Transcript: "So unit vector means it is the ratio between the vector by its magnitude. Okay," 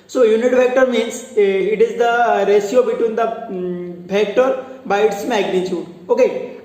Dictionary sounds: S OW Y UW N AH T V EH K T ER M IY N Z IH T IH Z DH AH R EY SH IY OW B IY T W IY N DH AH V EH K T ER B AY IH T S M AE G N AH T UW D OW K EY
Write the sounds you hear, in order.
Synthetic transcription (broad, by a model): S OW Y UW N AH T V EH K T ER M IY N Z IH T IH Z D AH R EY S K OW B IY T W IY N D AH F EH K T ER B AY IH T S M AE G N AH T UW D OW K EY